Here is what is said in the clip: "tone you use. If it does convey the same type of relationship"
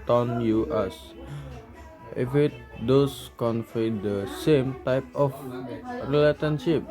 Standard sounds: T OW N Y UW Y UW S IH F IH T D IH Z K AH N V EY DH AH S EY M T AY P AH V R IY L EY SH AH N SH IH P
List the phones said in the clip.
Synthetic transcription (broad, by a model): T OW N Y UW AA S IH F IH T D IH S K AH N F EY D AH S EY M T AY P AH F R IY L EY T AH N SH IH P